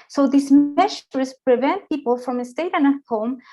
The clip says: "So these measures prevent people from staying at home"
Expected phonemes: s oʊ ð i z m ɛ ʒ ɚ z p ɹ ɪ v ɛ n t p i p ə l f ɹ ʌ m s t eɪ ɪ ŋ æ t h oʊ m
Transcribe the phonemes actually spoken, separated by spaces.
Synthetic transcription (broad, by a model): s oʊ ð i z m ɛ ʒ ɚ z p ɹ ɪ v ɛ n t p i p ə l f ɹ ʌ m s t eɪ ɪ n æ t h oʊ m